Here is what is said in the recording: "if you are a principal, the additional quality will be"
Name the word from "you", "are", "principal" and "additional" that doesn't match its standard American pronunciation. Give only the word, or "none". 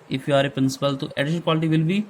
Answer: additional